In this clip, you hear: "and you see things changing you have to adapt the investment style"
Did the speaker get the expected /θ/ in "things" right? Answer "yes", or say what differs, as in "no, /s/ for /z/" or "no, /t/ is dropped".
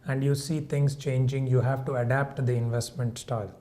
no, /t/ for /θ/